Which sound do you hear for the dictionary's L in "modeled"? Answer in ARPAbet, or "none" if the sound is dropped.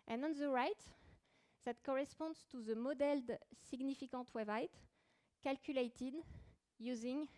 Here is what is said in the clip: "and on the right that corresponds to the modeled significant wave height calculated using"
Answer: L